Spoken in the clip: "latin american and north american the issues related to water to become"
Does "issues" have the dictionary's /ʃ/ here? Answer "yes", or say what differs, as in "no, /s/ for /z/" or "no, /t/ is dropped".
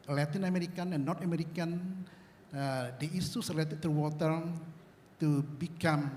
no, /s/ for /ʃ/